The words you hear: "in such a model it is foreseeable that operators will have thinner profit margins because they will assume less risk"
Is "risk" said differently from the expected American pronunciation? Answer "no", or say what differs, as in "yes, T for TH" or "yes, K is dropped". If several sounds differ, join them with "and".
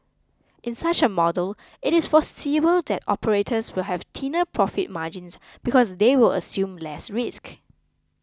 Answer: no